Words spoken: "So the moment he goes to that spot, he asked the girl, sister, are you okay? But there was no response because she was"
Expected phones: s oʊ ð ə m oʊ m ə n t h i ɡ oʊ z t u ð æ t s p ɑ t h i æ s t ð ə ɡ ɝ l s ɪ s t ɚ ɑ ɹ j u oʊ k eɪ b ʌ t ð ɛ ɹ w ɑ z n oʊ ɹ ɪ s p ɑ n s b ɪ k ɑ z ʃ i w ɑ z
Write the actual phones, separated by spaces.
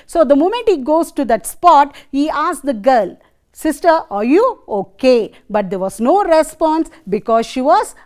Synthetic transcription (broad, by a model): s oʊ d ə m oʊ m ə n t h i ɡ oʊ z t u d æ t s p ɑ t h i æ s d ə ɡ ɝ l s ɪ s t ɚ ɑ ɹ j u oʊ k eɪ b ʌ t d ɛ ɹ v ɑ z n oʊ ɹ ɪ s p ɑ n s b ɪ k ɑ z ʃ i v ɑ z